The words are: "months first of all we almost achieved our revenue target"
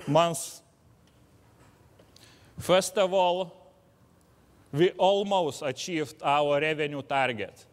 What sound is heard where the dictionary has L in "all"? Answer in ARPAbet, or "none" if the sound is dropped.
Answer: L